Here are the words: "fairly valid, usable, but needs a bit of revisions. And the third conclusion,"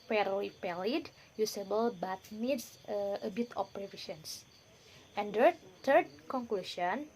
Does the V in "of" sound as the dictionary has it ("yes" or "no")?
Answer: no